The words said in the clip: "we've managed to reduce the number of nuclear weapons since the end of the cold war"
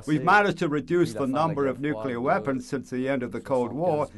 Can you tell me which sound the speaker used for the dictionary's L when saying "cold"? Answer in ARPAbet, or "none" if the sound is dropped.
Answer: L